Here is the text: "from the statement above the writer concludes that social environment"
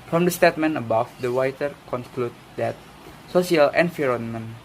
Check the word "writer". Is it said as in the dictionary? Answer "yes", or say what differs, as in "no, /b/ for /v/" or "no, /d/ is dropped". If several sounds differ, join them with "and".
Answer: no, /w/ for /ɹ/